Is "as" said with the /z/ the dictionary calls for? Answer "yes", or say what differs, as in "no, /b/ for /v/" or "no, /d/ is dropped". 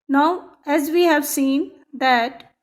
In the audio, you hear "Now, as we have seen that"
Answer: yes